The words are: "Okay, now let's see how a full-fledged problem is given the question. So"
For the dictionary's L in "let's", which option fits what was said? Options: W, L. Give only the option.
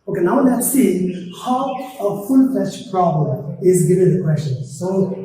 W